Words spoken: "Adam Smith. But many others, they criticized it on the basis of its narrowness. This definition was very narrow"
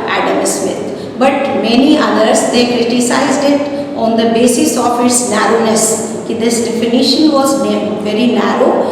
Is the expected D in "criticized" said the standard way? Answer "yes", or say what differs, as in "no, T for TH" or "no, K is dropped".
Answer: yes